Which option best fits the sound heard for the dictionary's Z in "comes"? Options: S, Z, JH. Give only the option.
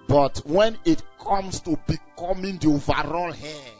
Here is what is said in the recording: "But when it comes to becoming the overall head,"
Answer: S